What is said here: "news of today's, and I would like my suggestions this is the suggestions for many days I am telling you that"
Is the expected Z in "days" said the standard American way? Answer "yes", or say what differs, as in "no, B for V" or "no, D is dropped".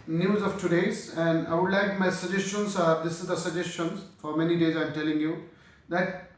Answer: yes